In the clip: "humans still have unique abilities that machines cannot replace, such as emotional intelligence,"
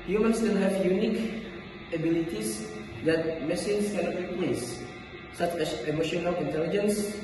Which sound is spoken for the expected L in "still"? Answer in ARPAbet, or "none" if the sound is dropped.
N